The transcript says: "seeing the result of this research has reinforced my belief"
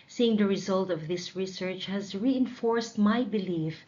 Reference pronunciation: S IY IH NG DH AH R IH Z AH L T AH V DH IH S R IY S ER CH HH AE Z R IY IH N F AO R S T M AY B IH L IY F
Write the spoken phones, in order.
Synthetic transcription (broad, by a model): S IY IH NG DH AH R IH Z AH L T AH V DH IH S R IY S ER CH HH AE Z R IY IH N F AO R S T M AY B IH L IY F